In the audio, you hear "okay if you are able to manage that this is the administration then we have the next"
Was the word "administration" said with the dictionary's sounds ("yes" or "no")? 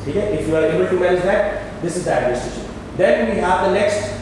no